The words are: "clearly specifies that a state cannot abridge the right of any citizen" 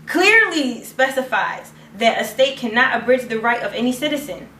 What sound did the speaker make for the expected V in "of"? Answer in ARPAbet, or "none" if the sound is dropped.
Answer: V